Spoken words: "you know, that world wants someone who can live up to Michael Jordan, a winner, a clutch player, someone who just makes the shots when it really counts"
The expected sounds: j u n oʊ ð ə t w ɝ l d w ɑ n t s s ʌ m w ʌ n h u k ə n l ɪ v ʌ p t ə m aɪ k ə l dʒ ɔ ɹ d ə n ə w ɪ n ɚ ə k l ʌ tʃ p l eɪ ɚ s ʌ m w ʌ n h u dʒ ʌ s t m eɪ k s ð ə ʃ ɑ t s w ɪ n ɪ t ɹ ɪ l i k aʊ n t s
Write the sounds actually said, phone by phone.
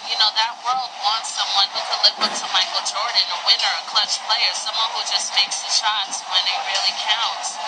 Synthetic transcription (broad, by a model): j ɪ n oʊ ð ə t w ɝ l d w ɑ n t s s ʌ m w ʌ n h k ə l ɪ b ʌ t ə m aɪ k l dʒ ɔ ɹ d n ə w ɪ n ɚ ə k l ʌ tʃ p l eɪ ɚ s ʌ m w ʌ n h u dʒ ʌ s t m eɪ k s ð ə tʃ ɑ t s w ɪ n ɪ t ɹ ɪ l i k aʊ n t s